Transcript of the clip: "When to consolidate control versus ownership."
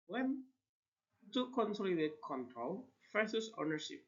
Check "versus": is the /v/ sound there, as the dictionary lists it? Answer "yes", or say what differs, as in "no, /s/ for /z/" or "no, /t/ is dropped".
no, /f/ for /v/